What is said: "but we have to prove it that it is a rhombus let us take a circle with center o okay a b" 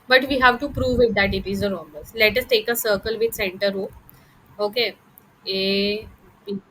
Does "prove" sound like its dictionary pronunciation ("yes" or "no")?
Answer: yes